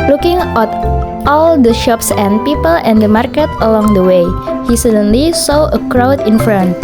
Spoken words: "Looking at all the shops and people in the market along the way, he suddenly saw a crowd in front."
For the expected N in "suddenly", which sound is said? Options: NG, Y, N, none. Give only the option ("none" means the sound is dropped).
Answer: N